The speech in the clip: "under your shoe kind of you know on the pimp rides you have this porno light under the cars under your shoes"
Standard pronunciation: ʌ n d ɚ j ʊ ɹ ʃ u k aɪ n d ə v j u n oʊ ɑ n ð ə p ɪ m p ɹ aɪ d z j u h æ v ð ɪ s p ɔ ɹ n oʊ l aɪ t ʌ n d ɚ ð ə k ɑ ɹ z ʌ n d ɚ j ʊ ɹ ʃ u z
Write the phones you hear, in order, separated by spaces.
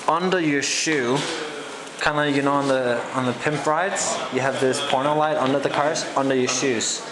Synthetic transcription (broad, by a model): ʌ n d ɚ j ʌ ɹ ʃ u k aɪ n d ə j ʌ n oʊ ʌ n ð ə p ɪ m p ɹ aɪ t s j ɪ v ð ɪ s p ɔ ɹ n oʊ l aɪ t ʌ n d ɚ ð ə k ɑ ɹ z ʌ n d ɚ j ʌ ɹ ʃ u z